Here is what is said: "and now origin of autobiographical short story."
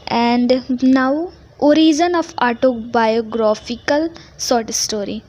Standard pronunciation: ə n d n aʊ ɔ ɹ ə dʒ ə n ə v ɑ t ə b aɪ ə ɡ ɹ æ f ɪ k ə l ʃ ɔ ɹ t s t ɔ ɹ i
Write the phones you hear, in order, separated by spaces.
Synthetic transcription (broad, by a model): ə n d n aʊ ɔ ɹ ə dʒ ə n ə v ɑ t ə b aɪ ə ɡ ɹ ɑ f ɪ k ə l s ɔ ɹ t s t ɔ ɹ i